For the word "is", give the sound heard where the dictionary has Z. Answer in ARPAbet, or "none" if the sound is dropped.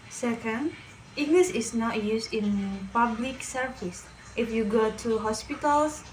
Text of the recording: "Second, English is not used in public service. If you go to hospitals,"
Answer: S